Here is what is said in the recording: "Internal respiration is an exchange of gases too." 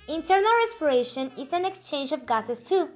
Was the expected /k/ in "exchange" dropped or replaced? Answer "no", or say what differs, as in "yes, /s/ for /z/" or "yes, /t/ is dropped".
no